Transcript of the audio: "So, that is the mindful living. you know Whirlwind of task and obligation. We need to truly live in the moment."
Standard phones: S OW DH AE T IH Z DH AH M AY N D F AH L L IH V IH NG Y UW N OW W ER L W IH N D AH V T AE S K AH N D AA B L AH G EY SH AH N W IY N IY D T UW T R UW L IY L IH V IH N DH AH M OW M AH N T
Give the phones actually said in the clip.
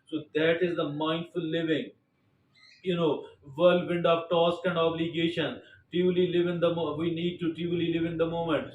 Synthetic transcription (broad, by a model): S OW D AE T IH Z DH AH M AY N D F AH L L IH V IH NG Y UW N OW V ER L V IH N D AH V T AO S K AH N D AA B L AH G EY SH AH N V IY N IY D T UW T UW L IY L IH V IH N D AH M OW M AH N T